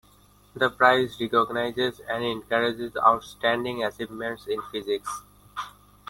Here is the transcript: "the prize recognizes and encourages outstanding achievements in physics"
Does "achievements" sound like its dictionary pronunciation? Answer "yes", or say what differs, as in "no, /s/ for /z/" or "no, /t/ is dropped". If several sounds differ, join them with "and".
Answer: no, /s/ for /tʃ/